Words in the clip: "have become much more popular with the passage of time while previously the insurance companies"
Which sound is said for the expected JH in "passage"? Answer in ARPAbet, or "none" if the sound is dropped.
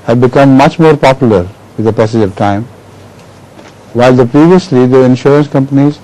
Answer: JH